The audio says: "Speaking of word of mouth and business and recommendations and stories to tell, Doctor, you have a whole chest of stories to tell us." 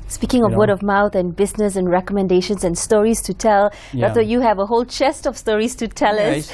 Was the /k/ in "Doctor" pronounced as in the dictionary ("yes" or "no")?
no